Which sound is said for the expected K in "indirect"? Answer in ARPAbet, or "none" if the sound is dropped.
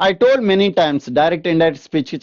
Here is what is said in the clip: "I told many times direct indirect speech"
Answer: none